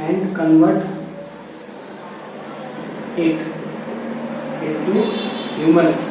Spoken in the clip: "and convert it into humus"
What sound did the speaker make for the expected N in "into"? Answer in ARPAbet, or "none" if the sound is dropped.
none